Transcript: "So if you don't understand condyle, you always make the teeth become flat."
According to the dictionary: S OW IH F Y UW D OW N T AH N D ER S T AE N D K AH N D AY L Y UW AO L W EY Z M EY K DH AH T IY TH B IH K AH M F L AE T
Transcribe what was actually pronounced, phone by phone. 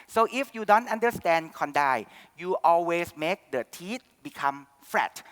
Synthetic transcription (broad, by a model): S OW IH F Y UW D OW N T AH N D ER S T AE N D K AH N D AY Y UW AO L W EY S M EY K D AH T IY T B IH K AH M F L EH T